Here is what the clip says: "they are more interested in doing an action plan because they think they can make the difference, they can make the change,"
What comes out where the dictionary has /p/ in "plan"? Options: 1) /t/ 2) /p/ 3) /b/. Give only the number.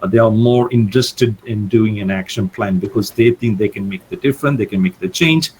2